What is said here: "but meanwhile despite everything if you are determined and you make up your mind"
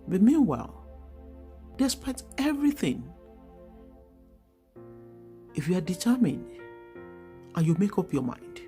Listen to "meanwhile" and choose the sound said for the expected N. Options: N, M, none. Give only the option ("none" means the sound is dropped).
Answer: N